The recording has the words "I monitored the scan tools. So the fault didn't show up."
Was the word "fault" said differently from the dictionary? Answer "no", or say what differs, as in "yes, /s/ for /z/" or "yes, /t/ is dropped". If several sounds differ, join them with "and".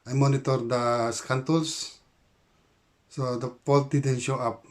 yes, /p/ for /f/